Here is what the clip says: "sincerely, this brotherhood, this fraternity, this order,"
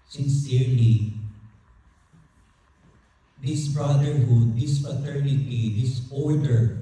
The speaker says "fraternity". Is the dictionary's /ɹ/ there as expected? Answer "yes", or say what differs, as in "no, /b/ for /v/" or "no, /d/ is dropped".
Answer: no, /ɹ/ is dropped